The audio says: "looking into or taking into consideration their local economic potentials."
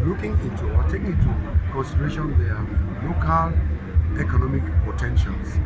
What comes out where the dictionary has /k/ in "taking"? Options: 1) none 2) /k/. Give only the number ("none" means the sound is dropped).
1